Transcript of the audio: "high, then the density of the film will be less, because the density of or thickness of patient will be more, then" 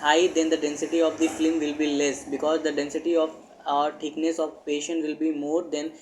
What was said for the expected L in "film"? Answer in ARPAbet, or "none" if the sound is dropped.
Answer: none